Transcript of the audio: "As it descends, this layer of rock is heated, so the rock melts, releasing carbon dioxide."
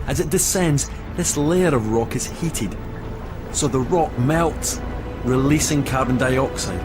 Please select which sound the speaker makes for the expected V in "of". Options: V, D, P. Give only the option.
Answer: V